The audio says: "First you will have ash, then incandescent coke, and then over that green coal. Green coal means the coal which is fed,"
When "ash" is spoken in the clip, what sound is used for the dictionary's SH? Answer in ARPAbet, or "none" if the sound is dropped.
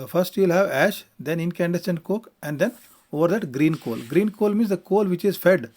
SH